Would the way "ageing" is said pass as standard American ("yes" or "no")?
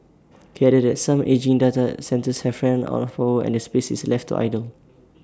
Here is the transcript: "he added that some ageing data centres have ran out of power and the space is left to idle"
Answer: yes